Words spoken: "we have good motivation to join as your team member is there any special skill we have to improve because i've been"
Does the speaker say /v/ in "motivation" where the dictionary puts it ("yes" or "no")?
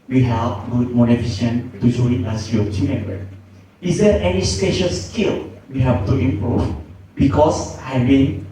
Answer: no